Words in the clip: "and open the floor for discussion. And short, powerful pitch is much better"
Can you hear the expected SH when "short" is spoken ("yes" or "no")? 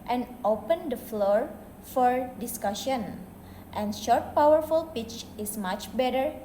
yes